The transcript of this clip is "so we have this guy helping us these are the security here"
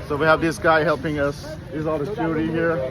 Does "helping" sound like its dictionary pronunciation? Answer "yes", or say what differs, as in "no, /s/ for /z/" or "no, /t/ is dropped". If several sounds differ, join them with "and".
yes